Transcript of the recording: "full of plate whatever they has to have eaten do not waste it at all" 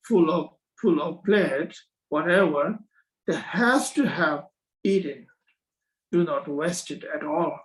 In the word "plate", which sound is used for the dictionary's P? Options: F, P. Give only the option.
F